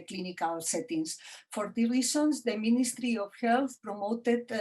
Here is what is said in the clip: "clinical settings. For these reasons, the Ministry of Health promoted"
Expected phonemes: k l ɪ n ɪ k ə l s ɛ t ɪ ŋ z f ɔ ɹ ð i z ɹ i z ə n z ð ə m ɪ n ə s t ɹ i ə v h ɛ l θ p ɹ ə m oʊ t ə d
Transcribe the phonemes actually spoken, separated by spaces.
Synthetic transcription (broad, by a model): k l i n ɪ k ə l s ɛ t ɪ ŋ s f ɔ ɹ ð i ɹ i s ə n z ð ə m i n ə s t ɹ i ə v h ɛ l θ p ɹ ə m oʊ t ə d